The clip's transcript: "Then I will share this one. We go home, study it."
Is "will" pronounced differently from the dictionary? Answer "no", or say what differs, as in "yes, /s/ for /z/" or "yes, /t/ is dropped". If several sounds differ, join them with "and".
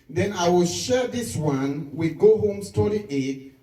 no